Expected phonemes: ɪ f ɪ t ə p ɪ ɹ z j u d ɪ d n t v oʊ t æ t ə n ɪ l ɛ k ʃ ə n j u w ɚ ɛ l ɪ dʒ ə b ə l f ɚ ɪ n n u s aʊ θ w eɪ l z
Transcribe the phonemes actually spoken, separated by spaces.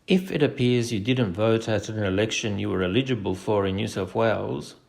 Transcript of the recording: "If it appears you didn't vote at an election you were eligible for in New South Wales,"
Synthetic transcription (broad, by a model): ɪ f ɪ t ə p ɪ ɹ z j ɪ d ɪ d n t v oʊ t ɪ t ə n ɪ l ɛ k ʃ ə n j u w ɚ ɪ l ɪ dʒ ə b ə l f ɚ ɪ n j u s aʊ f w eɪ l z